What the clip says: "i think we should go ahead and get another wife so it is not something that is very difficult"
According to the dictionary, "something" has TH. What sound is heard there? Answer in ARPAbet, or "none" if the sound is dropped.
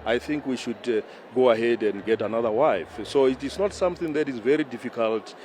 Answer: TH